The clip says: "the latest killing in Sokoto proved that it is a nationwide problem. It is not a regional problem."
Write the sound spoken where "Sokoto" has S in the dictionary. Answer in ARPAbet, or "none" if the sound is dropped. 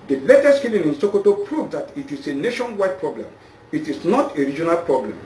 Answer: S